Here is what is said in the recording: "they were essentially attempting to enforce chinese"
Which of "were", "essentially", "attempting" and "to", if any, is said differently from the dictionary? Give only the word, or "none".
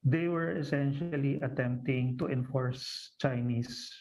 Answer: none